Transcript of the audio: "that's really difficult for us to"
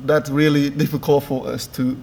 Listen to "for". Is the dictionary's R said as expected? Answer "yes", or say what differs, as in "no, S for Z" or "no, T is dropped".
no, L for R